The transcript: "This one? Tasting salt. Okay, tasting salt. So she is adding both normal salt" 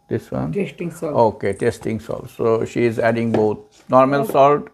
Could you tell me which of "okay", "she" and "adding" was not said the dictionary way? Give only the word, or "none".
none